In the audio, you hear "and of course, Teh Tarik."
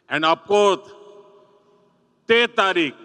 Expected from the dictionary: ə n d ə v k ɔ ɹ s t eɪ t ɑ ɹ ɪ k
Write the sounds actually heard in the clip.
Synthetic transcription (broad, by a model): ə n d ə p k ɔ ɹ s t eɪ t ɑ ɹ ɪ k